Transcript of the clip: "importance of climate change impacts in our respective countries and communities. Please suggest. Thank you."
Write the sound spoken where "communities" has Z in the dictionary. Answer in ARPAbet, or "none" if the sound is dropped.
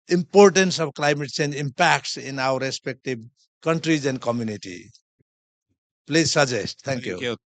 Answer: none